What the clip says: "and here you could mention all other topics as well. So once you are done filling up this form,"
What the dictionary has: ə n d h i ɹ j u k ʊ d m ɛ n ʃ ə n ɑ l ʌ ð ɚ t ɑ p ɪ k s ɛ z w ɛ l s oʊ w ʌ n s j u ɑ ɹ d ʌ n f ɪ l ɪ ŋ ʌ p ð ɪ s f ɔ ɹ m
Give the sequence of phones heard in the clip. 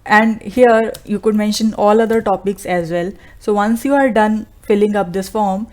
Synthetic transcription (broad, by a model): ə n d h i ɹ j u k ʊ d m ɛ n ʃ ə n ɑ l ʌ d ɚ t ɑ p ɪ k s ɛ z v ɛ l s oʊ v ʌ n s j u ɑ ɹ d ʌ n f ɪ l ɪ ŋ ʌ p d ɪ s f ɔ ɹ m